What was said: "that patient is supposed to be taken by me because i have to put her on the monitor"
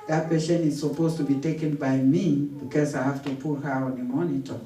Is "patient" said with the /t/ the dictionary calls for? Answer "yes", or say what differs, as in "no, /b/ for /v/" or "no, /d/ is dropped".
no, /t/ is dropped